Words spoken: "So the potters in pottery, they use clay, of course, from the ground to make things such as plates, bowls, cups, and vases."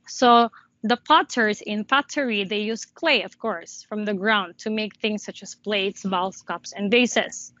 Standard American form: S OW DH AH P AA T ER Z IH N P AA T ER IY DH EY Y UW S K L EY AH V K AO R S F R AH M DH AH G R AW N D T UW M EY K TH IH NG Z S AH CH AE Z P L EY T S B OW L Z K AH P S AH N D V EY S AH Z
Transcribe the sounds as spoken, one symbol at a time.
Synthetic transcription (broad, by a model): S OW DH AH P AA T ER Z IH N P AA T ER IY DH EY Y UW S K L EY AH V K AO R S F R AH M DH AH G R AW N D T UW M EY K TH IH NG S AH CH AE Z P L EY T S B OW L S K AH P S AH N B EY S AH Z